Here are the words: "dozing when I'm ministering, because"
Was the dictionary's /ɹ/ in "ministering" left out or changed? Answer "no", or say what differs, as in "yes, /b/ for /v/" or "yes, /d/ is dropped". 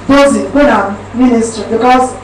yes, /ɹ/ is dropped